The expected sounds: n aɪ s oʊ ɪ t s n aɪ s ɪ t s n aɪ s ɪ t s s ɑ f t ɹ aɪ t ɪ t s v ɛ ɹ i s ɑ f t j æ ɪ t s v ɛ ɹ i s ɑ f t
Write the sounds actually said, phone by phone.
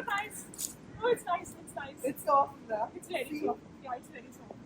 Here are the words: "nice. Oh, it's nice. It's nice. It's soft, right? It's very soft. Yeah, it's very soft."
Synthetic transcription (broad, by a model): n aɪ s oʊ ɪ t s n aɪ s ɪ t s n aɪ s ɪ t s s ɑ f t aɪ ɪ t s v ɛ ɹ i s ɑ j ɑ ɪ t s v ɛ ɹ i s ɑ